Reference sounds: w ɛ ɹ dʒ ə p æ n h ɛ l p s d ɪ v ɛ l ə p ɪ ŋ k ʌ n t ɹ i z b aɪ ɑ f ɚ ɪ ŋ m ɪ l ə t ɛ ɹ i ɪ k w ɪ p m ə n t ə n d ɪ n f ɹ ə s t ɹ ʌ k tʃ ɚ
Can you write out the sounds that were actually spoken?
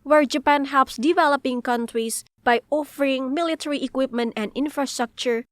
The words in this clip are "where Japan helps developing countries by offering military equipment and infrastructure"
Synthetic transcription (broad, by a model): w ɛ ɹ dʒ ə p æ n h ɛ l p s d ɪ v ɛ l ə p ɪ ŋ k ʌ n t ɹ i s b aɪ ɑ f ɚ ɪ ŋ m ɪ l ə t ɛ ɹ i ɪ k w ɪ p m ə n t ə n d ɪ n f ɹ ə s t ɹ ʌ k tʃ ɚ